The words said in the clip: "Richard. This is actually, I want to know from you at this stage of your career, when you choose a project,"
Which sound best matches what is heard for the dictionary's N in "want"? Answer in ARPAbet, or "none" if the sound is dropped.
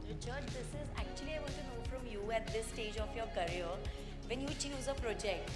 L